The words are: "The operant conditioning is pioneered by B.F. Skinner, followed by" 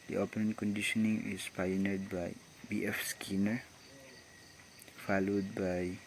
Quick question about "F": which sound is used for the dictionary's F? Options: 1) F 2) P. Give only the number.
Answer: 1